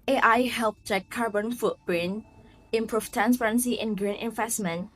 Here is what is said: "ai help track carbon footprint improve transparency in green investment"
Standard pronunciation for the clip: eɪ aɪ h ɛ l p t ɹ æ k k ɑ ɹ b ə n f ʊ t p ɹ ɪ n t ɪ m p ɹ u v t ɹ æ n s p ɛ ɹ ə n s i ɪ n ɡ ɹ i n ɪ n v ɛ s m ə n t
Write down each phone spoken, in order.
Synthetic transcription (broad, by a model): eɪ aɪ h ɛ l p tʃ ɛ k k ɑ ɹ b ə n f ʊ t b ɹ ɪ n ɪ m p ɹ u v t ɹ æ n s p ɹ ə n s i ɪ n ɡ ɹ i n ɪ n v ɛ s m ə n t